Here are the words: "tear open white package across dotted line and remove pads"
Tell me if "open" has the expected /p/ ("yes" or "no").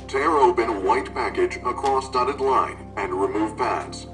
no